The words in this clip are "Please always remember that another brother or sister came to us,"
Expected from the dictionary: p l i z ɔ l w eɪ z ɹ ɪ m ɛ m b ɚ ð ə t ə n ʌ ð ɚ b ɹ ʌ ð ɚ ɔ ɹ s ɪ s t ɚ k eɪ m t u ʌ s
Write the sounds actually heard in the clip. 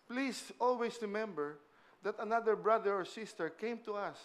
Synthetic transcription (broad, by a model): p l i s ɔ l w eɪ s ɹ ɪ m ɛ m b ɚ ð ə t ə n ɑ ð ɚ b ɹ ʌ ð ɚ ɔ ɹ s ɪ s t ɚ k eɪ m t u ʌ s